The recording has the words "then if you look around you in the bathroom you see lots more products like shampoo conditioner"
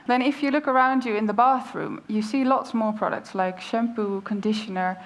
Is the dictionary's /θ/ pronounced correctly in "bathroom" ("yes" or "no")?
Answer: yes